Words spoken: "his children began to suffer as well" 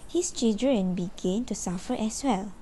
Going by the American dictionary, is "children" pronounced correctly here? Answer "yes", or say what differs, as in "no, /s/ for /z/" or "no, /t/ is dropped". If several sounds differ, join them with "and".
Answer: no, /l/ is dropped